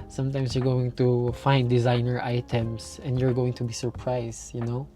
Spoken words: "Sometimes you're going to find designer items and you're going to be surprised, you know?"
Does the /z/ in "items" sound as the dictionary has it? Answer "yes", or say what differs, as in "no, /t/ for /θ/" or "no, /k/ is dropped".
no, /s/ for /z/